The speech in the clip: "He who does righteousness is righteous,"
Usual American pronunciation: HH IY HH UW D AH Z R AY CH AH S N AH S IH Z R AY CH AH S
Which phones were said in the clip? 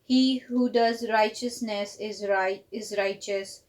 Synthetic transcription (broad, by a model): HH IY HH UW D AH Z R AY CH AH S N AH S IH Z R AY CH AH S